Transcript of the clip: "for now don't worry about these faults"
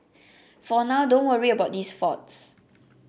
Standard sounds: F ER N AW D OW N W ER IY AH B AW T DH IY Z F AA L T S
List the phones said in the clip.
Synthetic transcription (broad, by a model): F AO N AW D OW N W ER IY AH B AW T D IY S F AA T S